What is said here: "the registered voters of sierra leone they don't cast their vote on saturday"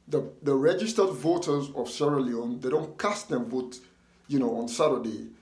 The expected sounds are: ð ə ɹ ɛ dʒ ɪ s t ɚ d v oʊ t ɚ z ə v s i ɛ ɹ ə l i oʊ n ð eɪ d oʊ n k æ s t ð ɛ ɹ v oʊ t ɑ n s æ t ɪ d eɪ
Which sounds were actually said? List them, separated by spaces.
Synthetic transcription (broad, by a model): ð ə ɹ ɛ dʒ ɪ s t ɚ d v oʊ t ɚ z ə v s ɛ ɹ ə l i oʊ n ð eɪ d oʊ n k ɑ s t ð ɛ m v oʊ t ɑ n s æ t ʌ d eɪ